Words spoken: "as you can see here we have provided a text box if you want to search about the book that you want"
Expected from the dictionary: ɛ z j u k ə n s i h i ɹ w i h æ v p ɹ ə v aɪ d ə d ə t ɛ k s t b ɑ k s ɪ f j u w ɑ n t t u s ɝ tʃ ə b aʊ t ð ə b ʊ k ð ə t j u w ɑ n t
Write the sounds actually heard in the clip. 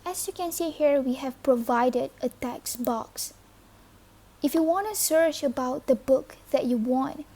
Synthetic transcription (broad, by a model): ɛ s j u k ə n s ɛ h i ɹ w i h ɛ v p ɹ ə v aɪ d ə d ə t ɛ k s b ɑ k s ɪ f j u w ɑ n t t u s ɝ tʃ ə b aʊ t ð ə b ʊ k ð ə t j u w ɑ n t